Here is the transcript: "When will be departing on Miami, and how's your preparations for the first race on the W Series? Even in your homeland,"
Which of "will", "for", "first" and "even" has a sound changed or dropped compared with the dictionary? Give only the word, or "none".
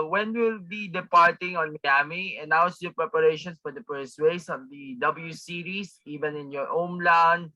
first